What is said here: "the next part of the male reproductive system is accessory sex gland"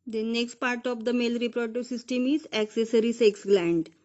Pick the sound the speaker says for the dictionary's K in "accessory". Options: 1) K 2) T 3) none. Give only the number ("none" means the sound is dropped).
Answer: 1